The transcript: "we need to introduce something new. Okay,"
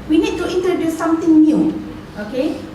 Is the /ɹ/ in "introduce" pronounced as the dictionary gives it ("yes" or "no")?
no